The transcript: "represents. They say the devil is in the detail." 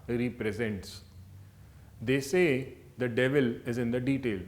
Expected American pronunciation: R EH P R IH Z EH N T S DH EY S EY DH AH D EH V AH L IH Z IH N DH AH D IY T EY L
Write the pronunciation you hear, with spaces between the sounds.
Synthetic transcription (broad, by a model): R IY P R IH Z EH N T S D EY S EY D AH D EH V AH L IH Z IH N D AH D IY T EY L